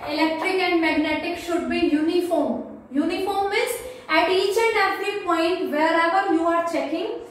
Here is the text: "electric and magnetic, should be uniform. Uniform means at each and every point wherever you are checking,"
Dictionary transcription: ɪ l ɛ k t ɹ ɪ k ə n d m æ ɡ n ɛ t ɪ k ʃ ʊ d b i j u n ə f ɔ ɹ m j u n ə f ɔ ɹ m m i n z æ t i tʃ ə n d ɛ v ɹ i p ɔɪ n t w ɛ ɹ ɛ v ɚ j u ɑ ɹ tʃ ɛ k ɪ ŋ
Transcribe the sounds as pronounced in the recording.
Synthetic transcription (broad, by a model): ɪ l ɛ k t ɹ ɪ k ə n d m æ ɡ n ɛ t ɪ k ʃ ʊ d b i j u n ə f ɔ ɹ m j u n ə f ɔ ɹ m m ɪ z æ t i tʃ ə n d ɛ f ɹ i p ɔɪ n t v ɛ ɹ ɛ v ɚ j u ɑ ɹ tʃ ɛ k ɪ ŋ